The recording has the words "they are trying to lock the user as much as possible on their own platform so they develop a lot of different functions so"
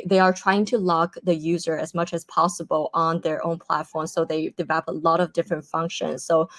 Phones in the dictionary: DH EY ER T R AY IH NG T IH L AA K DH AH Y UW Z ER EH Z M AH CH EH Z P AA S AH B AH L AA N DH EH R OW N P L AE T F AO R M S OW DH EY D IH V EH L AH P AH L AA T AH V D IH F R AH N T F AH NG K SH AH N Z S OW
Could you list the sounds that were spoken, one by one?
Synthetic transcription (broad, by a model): DH EY ER T R AY IH NG T IH L AA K DH AH Y UW Z ER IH Z M AH CH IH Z P AA S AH B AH L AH N DH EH R OW N P L AE T F AO R M S OW DH EY D IH V EH L AH P AH L AA T AH V D IH F R AH N T F AH NG K SH AH N Z S OW